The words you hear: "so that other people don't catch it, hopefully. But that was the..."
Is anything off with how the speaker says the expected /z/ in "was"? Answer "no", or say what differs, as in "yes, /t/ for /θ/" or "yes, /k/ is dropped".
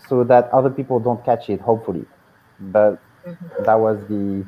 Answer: no